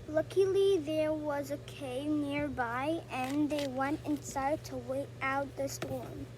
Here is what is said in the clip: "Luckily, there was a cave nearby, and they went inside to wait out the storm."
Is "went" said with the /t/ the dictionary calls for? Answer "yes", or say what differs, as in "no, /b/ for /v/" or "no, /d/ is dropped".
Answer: yes